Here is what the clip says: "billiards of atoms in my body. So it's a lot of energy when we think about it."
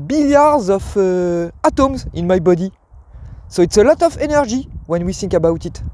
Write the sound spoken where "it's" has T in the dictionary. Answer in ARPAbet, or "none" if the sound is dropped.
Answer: T